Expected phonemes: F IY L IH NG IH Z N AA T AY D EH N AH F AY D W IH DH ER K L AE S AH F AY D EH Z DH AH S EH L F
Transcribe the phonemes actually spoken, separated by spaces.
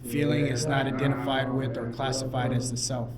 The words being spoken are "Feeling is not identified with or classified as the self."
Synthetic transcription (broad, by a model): F IY L IH NG IH Z N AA T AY D EH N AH F AY D W IH DH ER K L AE S AH F AY D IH Z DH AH S EH L F